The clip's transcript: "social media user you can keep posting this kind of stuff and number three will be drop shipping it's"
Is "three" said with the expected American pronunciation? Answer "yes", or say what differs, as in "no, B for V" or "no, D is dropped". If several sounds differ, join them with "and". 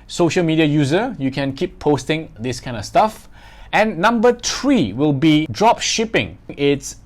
no, T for TH